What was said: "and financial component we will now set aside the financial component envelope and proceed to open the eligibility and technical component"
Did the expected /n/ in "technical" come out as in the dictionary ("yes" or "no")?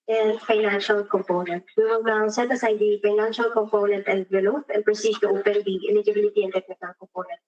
no